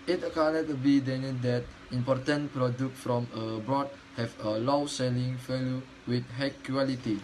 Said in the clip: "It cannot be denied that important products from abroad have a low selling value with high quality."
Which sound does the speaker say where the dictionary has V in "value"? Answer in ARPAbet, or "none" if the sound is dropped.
F